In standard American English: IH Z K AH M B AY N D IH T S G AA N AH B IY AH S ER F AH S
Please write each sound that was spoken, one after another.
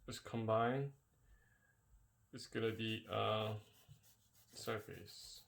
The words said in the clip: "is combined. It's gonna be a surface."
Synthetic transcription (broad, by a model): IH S K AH M B AY N IH T S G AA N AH B IY AH S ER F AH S